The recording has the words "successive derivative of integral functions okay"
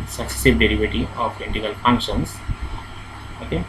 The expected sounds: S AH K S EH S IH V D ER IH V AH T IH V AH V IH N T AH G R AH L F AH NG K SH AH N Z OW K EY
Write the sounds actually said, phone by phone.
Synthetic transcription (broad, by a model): S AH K S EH S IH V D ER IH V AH T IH AH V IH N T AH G AH L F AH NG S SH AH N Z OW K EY